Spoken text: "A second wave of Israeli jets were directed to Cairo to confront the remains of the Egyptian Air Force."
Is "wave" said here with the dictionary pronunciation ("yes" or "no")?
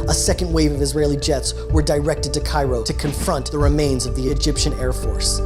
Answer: yes